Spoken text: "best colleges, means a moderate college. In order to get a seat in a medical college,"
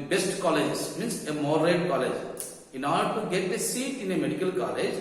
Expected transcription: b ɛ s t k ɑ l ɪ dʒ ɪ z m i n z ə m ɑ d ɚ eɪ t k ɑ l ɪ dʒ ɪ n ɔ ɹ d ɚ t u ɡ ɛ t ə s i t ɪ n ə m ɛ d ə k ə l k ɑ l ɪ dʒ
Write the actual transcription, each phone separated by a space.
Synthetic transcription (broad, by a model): b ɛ s t k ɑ l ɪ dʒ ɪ s m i n s ə m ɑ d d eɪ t k ɑ l ɪ dʒ ɪ n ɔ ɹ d t u ɡ ɛ t ə s i t ɪ n ə m ɛ d ə k ə l k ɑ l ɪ dʒ